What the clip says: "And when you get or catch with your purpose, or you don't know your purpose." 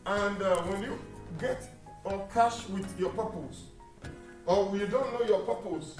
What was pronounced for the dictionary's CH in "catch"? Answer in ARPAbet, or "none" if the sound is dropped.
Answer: SH